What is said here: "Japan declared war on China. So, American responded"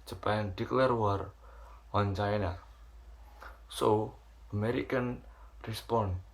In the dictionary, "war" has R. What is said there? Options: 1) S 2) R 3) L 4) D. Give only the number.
2